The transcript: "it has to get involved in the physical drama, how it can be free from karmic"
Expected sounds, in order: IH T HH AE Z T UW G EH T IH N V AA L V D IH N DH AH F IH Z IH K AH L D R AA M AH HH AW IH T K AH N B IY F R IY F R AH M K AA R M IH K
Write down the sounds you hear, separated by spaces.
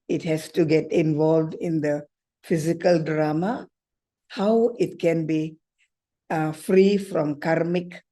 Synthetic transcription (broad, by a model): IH T HH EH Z T UW G EH T IH N V AA L V D IH N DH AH F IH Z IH K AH L D R AA M AH HH AW IH T K AH N B IY F R IY F R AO M K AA R M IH K